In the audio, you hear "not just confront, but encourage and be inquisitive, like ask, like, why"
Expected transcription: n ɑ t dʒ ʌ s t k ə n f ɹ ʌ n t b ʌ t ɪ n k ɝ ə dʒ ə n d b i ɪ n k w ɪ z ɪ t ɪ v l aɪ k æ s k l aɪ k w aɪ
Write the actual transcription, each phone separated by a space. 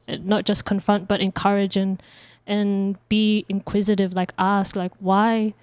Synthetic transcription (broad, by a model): n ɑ t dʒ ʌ s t k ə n f ɹ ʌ n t b ʌ t ɪ n k ɝ ə dʒ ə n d b i ɪ n k w ɪ z ɪ t ɪ v l aɪ k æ s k l aɪ k w aɪ